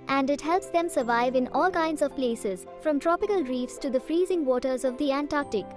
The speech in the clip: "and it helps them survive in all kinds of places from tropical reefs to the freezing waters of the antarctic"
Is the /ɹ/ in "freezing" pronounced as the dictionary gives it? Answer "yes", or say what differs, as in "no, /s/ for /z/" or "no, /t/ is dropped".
yes